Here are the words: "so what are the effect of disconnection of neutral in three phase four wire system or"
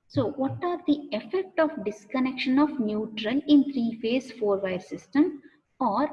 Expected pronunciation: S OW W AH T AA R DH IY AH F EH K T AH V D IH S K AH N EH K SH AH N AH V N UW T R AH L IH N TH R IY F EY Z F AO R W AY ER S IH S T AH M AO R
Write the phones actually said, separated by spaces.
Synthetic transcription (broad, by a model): S OW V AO T AA R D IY AH F EH K T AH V D IH S K AH N EH K SH AH N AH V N UW T R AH L IH N T R IY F EY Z F AO R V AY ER S IH S T AH M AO R